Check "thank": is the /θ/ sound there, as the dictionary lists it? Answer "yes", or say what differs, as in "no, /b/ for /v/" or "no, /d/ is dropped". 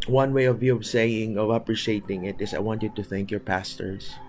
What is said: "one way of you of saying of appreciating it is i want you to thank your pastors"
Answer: yes